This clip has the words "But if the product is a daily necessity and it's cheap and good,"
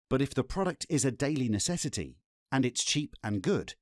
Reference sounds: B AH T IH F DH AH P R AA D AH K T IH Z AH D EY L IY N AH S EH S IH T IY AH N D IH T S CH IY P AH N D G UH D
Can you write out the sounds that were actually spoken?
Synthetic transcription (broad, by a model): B AH T IH F DH AH P R AA D AH K T IH Z AH D EY L IY N AH S EH S IH T IY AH N IH T S CH IY P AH N G UH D